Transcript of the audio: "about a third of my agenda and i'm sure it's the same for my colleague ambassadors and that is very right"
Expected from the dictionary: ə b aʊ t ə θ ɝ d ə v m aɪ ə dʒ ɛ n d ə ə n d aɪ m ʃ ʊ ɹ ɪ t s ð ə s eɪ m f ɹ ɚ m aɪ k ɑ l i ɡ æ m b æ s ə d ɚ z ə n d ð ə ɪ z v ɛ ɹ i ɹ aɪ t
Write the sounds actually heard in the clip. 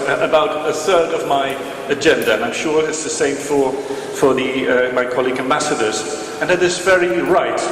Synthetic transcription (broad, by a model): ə b aʊ t ə θ ɝ d ə v m aɪ ə dʒ ɛ n d ə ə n aɪ m ʃ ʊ ɹ ɪ t s ð ə s eɪ m f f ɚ m aɪ k ɑ l i ɡ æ m b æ s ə d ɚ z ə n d ð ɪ s v ɛ ɹ i ɹ aɪ t